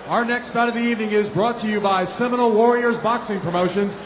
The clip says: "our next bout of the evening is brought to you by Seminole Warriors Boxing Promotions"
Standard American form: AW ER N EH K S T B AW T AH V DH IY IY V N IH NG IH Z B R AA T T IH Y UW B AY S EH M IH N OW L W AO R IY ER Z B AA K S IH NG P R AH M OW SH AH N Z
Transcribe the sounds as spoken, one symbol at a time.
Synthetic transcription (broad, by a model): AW ER N EH K S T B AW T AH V DH IY IY V N IH NG IH Z B R AA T T IH Y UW B AY S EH M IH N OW L W AO R IY ER Z B AA K S IH NG P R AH M OW SH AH N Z